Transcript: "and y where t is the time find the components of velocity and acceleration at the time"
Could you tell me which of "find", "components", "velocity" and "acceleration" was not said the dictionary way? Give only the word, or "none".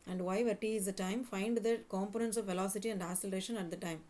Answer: acceleration